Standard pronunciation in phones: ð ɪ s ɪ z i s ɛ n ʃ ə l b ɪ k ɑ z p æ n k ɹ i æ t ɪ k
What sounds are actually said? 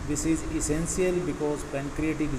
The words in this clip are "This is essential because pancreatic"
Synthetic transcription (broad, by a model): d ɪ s ɪ z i s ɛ n s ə l b ɪ k ɑ z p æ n k ɹ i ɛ t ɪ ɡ